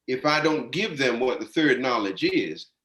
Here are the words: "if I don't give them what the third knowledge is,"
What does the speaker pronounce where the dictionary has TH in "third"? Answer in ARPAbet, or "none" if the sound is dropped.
TH